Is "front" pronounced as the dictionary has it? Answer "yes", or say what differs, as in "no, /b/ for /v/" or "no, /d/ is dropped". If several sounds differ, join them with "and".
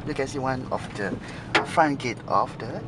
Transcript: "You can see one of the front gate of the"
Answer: no, /ɹ/ is dropped